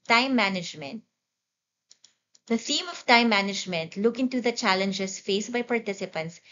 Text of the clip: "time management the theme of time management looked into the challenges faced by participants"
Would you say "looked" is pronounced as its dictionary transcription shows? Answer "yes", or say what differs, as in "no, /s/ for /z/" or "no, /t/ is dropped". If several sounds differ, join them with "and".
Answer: no, /t/ is dropped